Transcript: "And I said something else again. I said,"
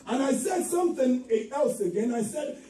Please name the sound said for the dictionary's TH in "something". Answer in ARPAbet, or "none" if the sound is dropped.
TH